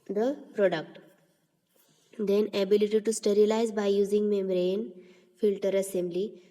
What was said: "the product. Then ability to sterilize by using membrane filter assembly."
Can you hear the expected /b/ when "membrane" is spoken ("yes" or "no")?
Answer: no